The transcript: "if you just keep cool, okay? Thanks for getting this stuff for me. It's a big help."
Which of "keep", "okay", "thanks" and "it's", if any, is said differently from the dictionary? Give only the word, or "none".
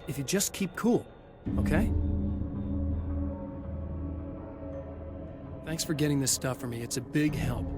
none